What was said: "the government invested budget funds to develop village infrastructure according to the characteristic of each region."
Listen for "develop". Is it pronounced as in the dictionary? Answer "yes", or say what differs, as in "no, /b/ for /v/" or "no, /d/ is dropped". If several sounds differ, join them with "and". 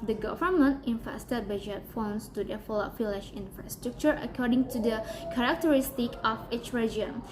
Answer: no, /f/ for /v/